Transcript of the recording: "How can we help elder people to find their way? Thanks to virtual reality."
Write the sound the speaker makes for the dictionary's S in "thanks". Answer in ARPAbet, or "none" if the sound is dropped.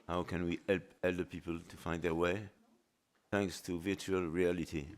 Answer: S